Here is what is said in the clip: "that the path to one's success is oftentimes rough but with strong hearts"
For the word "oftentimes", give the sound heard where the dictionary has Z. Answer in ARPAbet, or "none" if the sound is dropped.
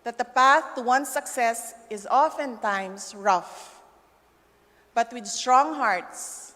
S